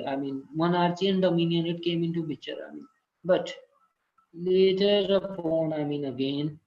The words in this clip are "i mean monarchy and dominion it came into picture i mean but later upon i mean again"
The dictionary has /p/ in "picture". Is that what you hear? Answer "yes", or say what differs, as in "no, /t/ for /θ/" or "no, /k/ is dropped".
no, /b/ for /p/